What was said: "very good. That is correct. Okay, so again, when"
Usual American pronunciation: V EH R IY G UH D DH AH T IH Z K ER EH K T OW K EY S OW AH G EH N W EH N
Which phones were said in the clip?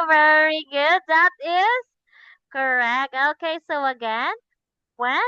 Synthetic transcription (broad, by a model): V EH R IY G UH D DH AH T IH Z K ER EH K T OW K EY S OW AH G EH N W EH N